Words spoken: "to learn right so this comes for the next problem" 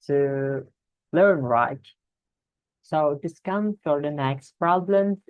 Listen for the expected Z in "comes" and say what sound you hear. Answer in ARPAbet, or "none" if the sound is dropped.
none